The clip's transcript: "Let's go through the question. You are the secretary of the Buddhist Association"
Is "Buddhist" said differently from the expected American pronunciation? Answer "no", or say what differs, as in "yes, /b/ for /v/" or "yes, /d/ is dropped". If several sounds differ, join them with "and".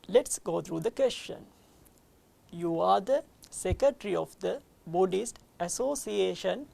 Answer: no